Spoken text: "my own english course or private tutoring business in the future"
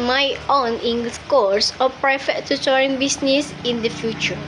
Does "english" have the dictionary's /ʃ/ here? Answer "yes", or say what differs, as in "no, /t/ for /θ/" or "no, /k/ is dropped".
no, /s/ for /ʃ/